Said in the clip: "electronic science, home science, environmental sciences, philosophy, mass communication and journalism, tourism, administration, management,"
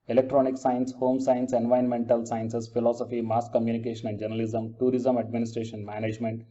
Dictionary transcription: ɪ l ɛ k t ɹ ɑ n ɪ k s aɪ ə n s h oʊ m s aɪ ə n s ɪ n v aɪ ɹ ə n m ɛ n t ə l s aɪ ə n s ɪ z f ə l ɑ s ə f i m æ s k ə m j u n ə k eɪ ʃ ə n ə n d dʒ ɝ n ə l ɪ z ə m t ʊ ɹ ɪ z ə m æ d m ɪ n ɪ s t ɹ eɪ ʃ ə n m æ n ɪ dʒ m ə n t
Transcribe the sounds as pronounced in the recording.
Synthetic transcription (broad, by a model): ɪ l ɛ k t ɹ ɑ n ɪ k s aɪ ə n s h oʊ m s aɪ ə n s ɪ n v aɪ ə n m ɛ n t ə l s aɪ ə n s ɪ s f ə l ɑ s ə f i m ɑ s k ə m j u n ə k eɪ ʃ ə n ə n d dʒ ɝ n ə l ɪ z ə m t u ɹ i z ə m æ d m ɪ n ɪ s t ɹ eɪ ʃ ə n m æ n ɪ dʒ m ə n t